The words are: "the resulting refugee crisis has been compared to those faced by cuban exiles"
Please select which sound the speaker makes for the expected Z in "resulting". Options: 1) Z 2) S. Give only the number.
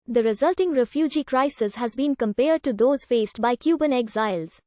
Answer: 1